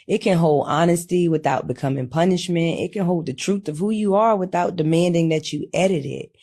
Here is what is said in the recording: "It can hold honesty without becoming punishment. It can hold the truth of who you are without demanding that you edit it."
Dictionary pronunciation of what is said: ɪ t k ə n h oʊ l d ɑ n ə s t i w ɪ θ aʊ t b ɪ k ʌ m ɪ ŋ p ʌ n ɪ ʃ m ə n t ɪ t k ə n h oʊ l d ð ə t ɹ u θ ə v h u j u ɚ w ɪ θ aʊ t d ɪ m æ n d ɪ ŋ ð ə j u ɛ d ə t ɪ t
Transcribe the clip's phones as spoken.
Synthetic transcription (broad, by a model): ɪ t k ə n h oʊ l d ɑ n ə s t i w ɪ θ aʊ t b ɪ k ʌ m ɪ ŋ p ʌ n ɪ ʃ m ə n t ɪ t k ə n h oʊ l d ð ə t ɹ u θ ə v h u j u ɚ w ɪ θ aʊ t d ɪ m æ n d ɪ ŋ ð ə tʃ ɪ ɛ d ə t ɪ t